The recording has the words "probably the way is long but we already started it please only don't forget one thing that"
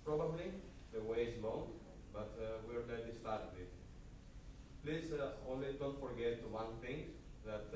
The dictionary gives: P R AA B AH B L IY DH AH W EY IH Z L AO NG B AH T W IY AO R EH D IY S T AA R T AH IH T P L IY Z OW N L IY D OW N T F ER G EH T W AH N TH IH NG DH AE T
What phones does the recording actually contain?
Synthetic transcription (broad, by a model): P R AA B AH B L IY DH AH W EY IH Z L AO NG B AH T W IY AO IH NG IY S T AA R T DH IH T P L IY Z OW N L IY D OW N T F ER G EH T W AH N TH IH NG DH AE T